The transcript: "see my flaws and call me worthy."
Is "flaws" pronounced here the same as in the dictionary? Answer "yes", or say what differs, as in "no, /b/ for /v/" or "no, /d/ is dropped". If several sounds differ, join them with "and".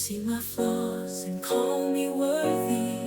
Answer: no, /l/ is dropped